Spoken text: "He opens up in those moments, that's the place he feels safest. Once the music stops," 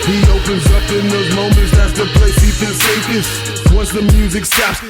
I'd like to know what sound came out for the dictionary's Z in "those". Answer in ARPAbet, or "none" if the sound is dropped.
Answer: Z